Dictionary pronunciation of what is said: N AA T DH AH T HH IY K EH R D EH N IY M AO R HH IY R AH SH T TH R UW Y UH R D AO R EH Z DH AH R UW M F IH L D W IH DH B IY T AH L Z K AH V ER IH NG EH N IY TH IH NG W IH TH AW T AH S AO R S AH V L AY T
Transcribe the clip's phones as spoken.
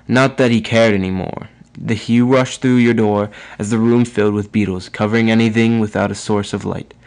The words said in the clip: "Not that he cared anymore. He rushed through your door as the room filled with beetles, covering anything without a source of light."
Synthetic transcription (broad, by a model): N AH T DH AH T HH IY K EH R D EH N IY M AO R HH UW R AH SH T TH R UW Y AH R D AO R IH Z DH AH R UW M F IH L D W IH DH B IY T L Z K AH V ER IH NG EH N IY TH IH NG W IH TH AW T AH S AO R S AH V L AY T